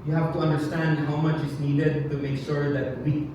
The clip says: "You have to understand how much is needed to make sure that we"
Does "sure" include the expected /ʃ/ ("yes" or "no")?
yes